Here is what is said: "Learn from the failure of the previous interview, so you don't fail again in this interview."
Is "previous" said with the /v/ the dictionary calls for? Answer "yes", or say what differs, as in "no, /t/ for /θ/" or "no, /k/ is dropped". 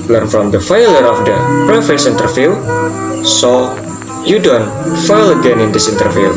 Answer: no, /f/ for /v/